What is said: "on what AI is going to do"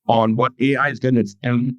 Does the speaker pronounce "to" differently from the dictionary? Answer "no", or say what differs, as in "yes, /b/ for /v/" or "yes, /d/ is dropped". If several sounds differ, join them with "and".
yes, /s/ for /t/